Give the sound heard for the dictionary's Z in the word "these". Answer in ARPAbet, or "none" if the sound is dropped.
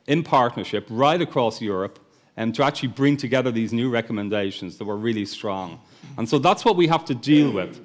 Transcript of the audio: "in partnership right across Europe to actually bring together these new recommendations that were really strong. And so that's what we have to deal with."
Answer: Z